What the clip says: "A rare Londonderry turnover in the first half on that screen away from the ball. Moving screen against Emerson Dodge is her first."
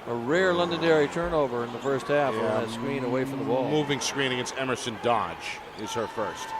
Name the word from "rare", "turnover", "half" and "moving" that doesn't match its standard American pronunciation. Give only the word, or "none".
none